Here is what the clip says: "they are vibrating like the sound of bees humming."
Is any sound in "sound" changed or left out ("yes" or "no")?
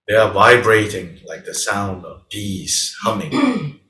no